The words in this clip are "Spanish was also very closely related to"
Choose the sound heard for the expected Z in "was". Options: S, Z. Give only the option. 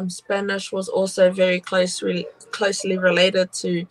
Z